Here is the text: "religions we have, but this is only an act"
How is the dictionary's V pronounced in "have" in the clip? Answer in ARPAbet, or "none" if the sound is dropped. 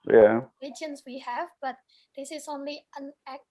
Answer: V